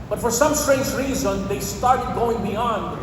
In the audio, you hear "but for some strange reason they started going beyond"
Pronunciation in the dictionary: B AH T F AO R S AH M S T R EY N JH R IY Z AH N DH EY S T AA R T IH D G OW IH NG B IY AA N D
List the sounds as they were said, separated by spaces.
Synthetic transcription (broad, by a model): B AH T F AO R S AH M S T R EY N JH R IY Z AH N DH EY S T AA R T IH D G OW IH NG B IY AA N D